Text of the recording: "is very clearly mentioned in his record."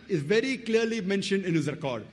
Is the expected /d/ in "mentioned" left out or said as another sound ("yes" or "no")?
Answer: no